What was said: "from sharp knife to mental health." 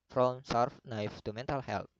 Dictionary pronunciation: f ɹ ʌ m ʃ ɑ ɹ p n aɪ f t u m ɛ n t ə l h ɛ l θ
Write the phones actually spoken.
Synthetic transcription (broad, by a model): f ɹ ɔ m s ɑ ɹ f n aɪ f t u m ɛ n t ə l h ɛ l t